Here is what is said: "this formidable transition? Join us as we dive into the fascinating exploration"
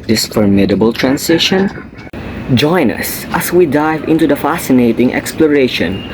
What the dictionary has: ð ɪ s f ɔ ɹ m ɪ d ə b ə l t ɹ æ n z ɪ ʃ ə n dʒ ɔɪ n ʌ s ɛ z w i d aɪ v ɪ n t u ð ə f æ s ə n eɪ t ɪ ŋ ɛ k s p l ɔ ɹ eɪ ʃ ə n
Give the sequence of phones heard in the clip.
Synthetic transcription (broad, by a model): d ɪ s f ɔ ɹ m ɪ d ə b ə l t ɹ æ n s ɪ ʃ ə n dʒ ɔɪ n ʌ s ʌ s w i d aɪ v ɪ n t u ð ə f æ s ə n eɪ t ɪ ŋ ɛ k s p l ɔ ɹ eɪ ʃ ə n